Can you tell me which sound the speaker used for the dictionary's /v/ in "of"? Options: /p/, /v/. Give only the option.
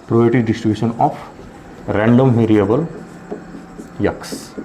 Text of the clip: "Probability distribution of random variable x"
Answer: /p/